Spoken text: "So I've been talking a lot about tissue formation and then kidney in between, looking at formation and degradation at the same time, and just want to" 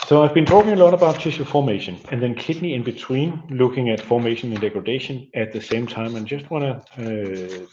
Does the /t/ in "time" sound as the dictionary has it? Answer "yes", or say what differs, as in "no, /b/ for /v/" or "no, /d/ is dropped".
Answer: yes